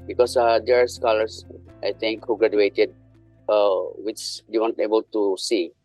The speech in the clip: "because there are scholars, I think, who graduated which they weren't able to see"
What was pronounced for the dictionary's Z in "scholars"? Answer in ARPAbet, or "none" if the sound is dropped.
S